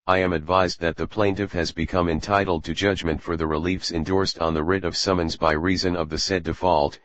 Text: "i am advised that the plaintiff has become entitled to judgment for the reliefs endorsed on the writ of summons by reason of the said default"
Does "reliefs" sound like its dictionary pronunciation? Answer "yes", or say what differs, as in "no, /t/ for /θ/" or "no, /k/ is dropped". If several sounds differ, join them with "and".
yes